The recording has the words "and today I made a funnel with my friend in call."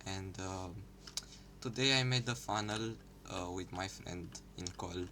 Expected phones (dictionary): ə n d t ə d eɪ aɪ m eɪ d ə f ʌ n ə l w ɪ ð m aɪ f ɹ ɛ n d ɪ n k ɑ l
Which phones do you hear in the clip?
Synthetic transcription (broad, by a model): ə n d t ə d eɪ aɪ m eɪ d ə f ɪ n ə l w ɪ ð m aɪ f ɹ ɛ n d ɪ n k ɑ l